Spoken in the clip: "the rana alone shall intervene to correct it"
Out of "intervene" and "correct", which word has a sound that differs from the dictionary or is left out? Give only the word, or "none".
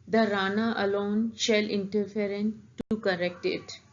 intervene